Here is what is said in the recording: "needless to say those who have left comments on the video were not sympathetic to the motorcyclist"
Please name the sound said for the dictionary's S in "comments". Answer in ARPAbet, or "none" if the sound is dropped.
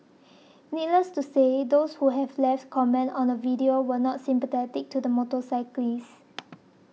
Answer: none